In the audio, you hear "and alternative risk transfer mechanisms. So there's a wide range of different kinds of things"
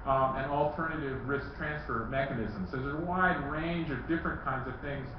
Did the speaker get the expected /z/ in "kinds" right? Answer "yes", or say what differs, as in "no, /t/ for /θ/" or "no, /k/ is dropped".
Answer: yes